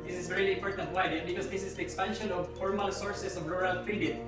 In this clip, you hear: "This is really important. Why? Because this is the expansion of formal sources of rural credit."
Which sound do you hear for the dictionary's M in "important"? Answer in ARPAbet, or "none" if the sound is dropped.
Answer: M